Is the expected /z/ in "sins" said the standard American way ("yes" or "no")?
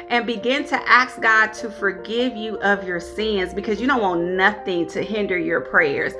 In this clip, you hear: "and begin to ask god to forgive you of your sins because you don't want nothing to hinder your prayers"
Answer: yes